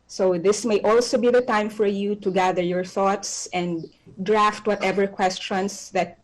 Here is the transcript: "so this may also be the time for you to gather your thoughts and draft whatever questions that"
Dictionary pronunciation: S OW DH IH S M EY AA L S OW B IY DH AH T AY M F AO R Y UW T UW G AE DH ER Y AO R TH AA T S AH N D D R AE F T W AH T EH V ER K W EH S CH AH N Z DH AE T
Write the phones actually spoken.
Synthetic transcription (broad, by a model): S OW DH IH S M EY AA L S OW B IY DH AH T AY M F AO R Y UW T UW G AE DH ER Y AO R TH AA T S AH N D D R AE F T W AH T EH V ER K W EH S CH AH N S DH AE T